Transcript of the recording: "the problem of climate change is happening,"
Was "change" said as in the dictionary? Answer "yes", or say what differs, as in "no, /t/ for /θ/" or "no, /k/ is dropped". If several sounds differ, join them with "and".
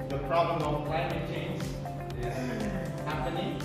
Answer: no, /z/ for /dʒ/